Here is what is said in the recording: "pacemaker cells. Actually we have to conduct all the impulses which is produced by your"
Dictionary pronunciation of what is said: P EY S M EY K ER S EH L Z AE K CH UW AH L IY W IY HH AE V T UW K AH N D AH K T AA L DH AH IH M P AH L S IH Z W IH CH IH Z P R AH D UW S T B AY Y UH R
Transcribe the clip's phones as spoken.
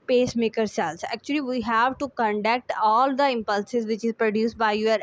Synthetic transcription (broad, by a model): P EY S M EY K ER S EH L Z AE K CH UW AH L IY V IY HH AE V T UW K AH N D AH K T AA L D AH IH M P AH L S IH Z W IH CH IH Z P R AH D UW S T B AY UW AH R